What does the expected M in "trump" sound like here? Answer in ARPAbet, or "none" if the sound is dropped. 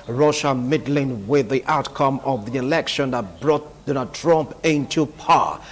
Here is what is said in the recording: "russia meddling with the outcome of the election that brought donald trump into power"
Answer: M